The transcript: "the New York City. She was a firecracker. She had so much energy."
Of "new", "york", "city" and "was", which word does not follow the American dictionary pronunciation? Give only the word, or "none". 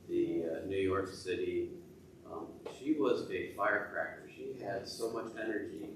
none